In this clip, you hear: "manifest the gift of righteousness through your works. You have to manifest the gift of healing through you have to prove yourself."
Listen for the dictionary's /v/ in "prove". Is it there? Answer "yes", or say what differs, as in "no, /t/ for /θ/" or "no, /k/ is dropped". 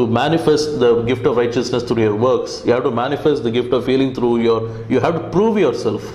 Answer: yes